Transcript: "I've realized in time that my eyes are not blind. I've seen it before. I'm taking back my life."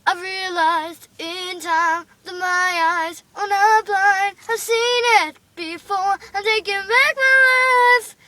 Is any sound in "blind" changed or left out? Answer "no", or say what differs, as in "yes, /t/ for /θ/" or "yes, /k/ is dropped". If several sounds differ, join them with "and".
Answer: yes, /d/ is dropped